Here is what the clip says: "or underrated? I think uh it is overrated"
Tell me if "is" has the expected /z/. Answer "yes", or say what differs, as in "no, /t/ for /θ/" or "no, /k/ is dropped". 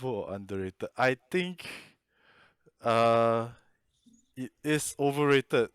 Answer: no, /s/ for /z/